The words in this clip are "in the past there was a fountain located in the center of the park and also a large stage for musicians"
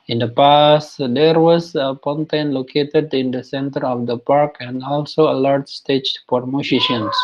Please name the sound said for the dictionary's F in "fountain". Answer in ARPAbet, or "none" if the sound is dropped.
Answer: P